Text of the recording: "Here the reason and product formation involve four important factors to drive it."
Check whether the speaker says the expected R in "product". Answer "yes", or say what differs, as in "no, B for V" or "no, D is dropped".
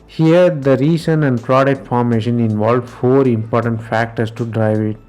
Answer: yes